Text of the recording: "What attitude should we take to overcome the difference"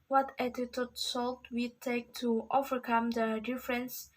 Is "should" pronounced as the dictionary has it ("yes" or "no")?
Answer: no